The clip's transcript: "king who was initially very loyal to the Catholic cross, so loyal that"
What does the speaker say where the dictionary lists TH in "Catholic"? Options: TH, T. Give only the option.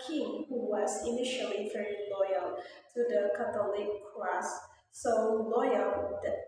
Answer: T